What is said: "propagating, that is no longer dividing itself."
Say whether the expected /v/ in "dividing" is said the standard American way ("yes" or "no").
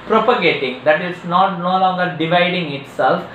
yes